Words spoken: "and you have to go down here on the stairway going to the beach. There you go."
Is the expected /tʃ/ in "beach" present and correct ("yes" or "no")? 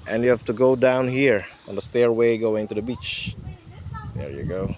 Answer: yes